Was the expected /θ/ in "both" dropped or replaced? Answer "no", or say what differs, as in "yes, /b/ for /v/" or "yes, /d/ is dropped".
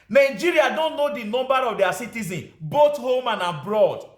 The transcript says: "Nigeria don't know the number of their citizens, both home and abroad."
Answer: yes, /t/ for /θ/